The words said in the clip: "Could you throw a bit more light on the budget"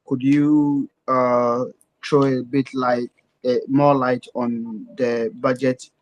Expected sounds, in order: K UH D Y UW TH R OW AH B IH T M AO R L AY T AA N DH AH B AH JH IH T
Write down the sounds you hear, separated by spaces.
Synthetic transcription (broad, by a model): K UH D Y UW T R OW AH B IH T M AO L AY T AA N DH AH B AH JH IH T